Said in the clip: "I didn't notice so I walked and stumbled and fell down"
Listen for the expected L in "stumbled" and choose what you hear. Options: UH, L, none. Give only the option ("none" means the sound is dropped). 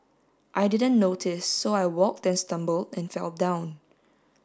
L